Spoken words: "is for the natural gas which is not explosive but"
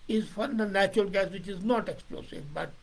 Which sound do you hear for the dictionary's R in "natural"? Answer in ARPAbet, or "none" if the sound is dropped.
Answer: R